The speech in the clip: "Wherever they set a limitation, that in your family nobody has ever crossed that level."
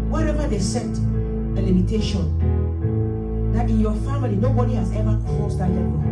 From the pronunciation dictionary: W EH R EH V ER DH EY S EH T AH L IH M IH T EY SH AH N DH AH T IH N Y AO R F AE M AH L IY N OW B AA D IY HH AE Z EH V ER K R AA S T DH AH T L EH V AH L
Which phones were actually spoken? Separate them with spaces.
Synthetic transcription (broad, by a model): W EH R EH V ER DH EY S EH T AH L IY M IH T EY SH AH N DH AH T IH N Y AO F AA M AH L IY N OW B AA D IY HH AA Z EH V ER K AA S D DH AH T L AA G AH